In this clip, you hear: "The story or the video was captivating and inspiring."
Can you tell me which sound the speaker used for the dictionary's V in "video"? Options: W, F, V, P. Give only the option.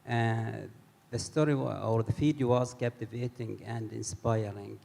F